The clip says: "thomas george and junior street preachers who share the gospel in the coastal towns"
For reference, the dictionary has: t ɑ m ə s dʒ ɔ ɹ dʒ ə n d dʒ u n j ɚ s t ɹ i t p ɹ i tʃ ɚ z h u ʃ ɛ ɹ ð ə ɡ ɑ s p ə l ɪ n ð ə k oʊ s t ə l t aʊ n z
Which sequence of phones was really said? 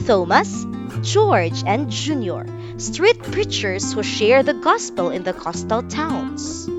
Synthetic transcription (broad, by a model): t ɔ m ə s dʒ ɔ ɹ dʒ ə n d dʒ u n j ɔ s t ɹ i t p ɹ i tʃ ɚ s h u ʃ ɛ ɹ ð ə ɡ ɑ s p ə l ɪ n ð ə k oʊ s t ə l t aʊ n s